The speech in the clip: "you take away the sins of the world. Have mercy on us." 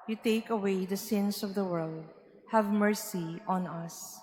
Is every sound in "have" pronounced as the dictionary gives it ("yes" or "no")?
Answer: yes